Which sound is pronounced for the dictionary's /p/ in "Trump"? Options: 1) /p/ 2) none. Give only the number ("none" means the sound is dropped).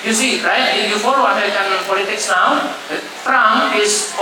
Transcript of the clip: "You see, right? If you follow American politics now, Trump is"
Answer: 2